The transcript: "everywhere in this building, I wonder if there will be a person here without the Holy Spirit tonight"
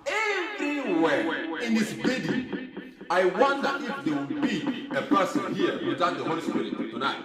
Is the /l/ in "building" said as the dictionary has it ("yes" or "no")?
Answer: no